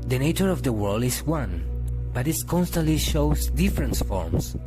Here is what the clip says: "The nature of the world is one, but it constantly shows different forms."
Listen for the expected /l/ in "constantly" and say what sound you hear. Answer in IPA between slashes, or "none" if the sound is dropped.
/l/